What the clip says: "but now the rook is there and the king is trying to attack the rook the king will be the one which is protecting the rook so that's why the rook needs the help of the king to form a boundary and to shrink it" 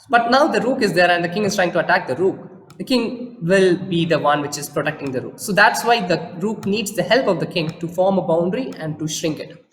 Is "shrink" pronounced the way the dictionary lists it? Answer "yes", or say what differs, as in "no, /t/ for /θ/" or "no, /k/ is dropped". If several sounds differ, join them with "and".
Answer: yes